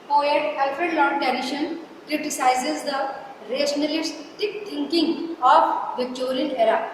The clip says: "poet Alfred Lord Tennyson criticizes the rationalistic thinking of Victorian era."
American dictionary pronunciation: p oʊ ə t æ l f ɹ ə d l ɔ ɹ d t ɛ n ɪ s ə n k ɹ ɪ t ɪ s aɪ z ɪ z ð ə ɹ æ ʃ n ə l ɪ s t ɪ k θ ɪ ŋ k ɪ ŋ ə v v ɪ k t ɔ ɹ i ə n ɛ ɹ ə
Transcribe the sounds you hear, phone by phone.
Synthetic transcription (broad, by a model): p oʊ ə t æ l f ə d l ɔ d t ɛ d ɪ ʃ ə n k ɹ ɪ t ɪ s aɪ z ɪ z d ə ɹ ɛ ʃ n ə l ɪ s t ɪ k t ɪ ŋ k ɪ ŋ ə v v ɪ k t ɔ ɹ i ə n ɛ ɹ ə